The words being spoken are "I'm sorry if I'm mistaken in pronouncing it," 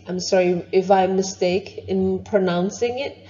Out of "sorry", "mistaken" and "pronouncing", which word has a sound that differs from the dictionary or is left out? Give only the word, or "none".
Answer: mistaken